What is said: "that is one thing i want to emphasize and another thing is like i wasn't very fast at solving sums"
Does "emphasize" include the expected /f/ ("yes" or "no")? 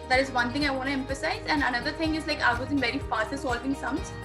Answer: yes